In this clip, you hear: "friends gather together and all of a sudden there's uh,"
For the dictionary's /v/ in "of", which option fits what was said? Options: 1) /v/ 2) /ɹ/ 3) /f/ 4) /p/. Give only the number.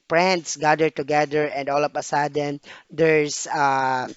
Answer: 4